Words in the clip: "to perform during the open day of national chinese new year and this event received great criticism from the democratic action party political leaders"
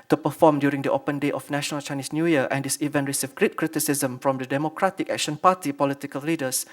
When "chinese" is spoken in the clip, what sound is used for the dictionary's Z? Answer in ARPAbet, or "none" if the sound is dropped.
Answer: S